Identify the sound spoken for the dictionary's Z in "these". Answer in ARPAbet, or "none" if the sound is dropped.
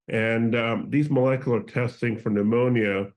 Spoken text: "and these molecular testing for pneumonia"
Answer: Z